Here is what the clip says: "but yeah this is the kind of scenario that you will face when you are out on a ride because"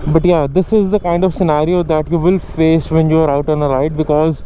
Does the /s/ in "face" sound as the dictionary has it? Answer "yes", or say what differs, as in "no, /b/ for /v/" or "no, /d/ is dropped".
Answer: yes